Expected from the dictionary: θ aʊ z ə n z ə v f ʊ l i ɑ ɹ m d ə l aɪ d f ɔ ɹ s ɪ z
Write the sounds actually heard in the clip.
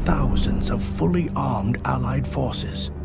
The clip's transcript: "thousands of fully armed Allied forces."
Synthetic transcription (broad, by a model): θ aʊ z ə n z ə v f ʊ l i ɑ ɹ m d ə l aɪ d f ɔ ɹ s ɪ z